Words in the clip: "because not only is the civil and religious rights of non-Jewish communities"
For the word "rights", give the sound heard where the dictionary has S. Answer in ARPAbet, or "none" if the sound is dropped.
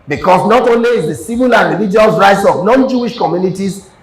S